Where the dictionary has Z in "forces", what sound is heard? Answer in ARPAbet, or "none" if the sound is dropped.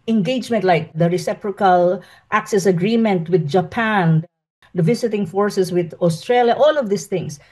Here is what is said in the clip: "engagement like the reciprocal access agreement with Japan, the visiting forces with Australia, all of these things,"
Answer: S